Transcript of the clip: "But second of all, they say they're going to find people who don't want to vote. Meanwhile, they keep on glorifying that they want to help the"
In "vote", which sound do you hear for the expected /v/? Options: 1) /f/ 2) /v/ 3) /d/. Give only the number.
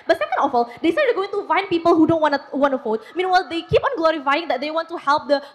1